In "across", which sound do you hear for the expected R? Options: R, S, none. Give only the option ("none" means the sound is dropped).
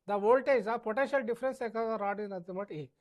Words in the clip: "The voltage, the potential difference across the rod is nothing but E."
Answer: none